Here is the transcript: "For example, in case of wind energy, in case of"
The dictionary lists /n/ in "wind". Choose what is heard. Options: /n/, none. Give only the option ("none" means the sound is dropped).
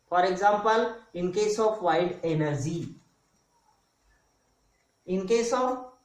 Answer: none